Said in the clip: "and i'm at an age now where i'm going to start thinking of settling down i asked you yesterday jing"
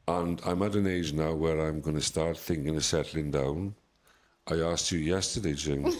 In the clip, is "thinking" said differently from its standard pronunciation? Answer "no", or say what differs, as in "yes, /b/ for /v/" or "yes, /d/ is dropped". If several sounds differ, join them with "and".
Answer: no